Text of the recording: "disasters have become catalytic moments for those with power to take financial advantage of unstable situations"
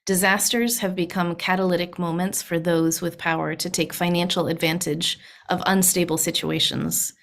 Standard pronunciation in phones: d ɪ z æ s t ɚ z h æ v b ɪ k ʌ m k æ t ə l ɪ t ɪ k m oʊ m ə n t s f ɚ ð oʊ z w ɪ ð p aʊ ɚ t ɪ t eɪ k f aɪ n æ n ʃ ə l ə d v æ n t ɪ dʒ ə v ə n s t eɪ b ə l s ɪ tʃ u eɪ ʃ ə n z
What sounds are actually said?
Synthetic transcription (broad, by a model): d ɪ z æ s t ɚ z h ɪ v b ɪ k ʌ m k æ t ə l ɪ t ɪ k m oʊ m ə n t s f ɚ ð oʊ z w ɪ ð p aʊ ɚ t ɪ t eɪ k f aɪ n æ n ʃ l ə d v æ n t ɪ dʒ ə v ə n s t eɪ b l s ɪ tʃ u eɪ ʃ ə n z